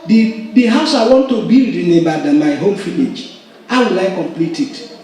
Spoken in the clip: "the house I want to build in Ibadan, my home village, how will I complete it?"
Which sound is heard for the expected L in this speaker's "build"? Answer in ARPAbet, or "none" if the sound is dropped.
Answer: none